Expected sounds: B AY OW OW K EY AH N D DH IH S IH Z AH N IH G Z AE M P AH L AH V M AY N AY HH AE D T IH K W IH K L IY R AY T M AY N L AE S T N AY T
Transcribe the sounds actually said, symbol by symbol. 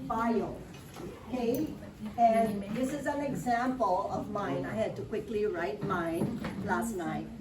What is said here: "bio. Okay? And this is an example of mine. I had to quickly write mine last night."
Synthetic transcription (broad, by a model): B AY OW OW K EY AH N DH IH S IH Z AH N IH G Z AE M P AH L AH V M AY N AY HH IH D T IH K W IH K L IY R AY T M AY N L AE S T N AY T